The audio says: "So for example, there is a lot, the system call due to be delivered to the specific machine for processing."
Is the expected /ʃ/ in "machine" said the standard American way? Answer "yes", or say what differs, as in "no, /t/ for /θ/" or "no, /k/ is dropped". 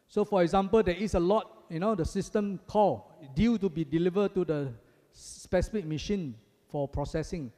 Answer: yes